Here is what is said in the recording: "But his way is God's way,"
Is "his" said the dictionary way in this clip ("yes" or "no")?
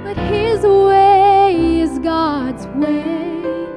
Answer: yes